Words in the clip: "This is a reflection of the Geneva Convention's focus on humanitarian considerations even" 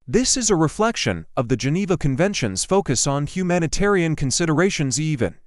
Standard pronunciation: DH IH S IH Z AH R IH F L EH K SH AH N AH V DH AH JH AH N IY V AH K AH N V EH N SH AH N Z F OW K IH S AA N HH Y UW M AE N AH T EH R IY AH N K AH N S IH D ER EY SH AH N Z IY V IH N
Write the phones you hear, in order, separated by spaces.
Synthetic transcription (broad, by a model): DH IH S IH Z AH R IH F L EH K SH AH N AH V DH AH JH AH N IY V AH K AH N V EH N SH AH N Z F OW K IH S N HH Y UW M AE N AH T EH R IY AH N K AH N S IH D ER EY SH AH N Z IY V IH N